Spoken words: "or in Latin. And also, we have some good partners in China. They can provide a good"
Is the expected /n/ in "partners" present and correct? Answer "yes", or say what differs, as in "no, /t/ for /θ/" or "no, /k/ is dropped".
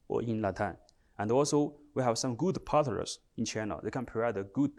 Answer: no, /n/ is dropped